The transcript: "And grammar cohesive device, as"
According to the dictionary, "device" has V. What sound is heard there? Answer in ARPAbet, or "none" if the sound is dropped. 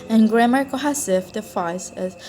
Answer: F